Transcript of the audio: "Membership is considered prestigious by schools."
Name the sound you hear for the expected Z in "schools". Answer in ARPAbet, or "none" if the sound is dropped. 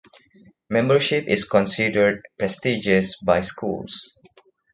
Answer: S